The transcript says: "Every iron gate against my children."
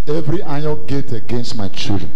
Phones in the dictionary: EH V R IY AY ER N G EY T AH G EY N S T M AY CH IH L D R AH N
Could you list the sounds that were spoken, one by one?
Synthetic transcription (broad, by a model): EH V R IY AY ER L G EY T AH G EY N S T M AY CH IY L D R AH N